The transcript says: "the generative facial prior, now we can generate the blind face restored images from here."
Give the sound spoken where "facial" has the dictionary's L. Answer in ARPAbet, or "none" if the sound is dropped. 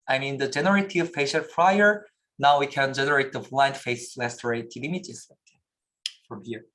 N